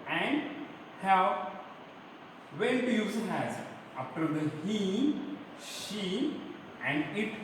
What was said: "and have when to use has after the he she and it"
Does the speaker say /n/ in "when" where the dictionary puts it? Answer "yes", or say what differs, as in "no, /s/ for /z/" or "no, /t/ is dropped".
no, /l/ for /n/